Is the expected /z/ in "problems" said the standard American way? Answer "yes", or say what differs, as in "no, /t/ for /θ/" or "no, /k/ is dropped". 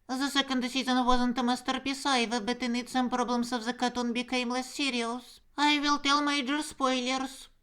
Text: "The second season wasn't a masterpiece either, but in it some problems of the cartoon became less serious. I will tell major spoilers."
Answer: no, /s/ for /z/